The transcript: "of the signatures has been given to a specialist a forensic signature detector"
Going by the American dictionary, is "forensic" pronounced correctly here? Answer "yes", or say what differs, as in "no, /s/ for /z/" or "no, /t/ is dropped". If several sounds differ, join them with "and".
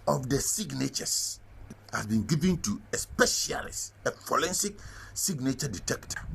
no, /l/ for /ɹ/